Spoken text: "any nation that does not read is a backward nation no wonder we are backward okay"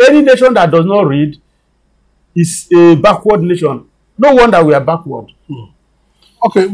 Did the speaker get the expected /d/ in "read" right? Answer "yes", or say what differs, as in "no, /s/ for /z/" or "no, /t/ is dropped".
yes